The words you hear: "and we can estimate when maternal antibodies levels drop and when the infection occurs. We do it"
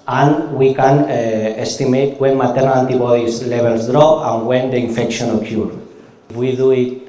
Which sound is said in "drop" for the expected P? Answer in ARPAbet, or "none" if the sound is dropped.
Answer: none